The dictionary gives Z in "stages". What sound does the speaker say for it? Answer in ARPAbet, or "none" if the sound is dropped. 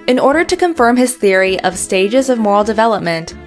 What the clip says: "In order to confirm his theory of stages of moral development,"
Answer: Z